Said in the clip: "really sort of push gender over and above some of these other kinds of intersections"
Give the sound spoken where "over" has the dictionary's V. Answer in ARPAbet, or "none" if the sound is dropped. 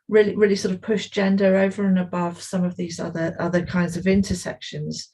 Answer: V